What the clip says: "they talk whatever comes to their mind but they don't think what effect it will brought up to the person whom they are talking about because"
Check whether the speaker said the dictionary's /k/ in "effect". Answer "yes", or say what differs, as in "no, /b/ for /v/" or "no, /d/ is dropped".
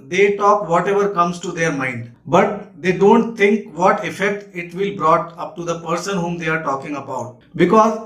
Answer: yes